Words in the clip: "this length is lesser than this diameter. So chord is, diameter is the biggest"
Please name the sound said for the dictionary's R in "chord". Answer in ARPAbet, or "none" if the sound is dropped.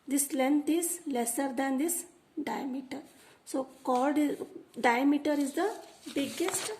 L